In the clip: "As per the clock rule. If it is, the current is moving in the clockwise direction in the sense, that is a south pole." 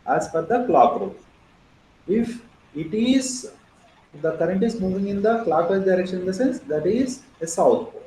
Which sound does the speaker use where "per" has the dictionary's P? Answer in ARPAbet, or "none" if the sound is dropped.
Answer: F